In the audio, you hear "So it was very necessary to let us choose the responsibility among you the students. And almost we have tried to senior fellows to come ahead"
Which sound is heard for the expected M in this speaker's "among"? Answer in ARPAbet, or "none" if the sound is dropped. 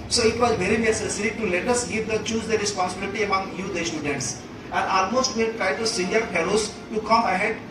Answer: M